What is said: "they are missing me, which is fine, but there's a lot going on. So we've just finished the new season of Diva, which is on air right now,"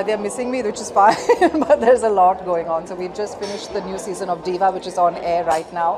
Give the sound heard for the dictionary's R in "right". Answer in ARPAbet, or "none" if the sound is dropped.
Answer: R